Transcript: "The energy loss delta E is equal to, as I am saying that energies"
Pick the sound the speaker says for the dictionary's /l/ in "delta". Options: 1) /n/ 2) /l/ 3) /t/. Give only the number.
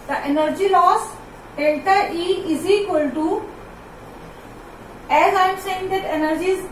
1